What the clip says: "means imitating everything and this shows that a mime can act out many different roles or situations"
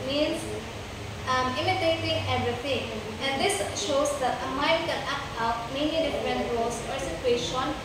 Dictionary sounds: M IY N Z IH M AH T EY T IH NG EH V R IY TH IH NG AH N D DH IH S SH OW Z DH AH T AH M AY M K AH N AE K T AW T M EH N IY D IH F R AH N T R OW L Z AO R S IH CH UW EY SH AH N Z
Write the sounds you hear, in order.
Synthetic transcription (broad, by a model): M IY N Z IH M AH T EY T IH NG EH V R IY T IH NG AH N D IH S SH OW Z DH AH T AH M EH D K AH L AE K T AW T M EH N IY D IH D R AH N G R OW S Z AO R S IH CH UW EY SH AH N